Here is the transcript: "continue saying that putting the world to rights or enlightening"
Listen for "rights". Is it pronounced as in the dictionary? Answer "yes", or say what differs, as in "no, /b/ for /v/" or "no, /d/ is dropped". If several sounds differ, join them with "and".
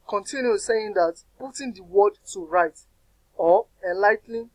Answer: no, /s/ is dropped